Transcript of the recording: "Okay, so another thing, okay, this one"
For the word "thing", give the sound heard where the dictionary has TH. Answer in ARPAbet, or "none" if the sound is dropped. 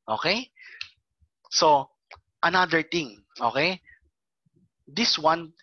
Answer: T